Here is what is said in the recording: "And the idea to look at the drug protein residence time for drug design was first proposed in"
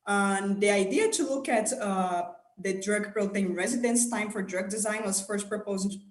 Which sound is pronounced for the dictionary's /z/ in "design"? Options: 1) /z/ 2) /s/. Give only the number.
1